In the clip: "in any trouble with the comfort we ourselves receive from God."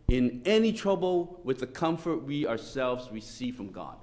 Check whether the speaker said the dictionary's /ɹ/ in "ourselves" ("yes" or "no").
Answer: yes